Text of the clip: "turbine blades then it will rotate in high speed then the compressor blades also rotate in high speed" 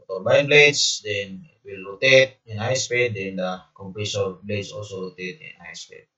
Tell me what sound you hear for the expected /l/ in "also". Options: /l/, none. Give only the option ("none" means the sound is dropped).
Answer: /l/